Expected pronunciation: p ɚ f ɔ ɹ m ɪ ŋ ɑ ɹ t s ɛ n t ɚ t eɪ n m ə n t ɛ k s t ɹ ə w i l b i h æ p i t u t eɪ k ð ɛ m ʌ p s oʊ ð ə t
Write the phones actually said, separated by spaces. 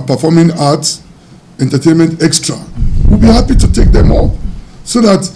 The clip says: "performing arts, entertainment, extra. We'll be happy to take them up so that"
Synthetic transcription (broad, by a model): p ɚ f ɔ m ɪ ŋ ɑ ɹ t ɛ n t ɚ t eɪ n m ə n t ɛ k s t ɹ ə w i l b i h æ p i t u t eɪ k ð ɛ m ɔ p s oʊ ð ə t